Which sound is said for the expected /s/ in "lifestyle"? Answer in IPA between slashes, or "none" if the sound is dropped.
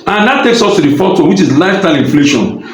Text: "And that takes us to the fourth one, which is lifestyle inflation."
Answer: none